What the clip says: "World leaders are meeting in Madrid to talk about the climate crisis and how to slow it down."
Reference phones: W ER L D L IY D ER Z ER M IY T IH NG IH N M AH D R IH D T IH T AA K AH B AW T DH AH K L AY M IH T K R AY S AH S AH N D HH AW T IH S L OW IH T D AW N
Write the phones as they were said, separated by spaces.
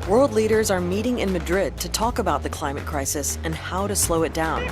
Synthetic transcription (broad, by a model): W ER L D L IY D ER Z ER M IY T IH NG IH N M AH D R IH D T IH T AA K AH B AW T DH AH K L AY M IH T K R AY S AH S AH N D HH AW T IH S L OW IH T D AW N